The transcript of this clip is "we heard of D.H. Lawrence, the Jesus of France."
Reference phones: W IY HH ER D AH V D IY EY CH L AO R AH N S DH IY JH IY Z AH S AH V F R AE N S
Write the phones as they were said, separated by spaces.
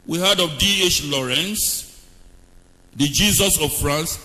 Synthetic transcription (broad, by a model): W IY HH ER D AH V D IY EY CH L AO R AH N S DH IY JH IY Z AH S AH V F R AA N S